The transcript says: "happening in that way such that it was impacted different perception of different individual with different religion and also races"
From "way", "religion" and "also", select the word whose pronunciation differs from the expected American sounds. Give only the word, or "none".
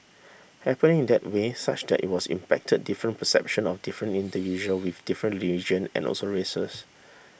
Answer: religion